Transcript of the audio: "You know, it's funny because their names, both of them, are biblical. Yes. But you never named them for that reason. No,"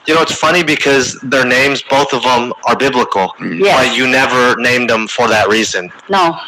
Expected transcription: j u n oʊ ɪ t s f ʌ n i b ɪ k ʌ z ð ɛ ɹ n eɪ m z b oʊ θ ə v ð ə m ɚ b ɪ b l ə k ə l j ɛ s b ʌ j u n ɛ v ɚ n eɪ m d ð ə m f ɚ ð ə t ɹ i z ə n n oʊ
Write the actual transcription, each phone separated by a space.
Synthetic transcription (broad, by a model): j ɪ n oʊ ɪ t s f ʌ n i b ɪ k ʌ z ð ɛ ɹ n eɪ m z b oʊ θ ə v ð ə m ɚ b ɪ b l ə k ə l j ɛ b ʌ j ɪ n ɛ v ɚ n eɪ m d ð ə m f ɚ ð ə t ɹ i z ə n n oʊ